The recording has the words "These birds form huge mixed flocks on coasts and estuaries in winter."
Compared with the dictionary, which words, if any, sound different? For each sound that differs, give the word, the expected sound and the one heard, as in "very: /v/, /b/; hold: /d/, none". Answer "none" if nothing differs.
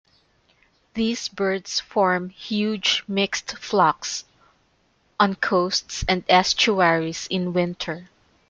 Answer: birds: /z/, /s/; estuaries: /z/, /s/